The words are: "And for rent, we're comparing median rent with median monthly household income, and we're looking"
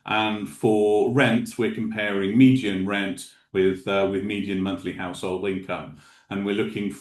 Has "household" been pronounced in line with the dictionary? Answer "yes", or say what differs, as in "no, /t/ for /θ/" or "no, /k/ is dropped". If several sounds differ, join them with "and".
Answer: yes